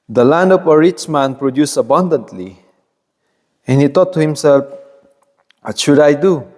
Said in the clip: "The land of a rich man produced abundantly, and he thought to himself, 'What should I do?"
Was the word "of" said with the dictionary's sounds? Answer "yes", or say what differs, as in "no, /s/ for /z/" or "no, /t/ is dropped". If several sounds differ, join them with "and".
no, /p/ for /v/